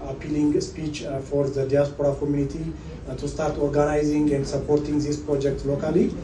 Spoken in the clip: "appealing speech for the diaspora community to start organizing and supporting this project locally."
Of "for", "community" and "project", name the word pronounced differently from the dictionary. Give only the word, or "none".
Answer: none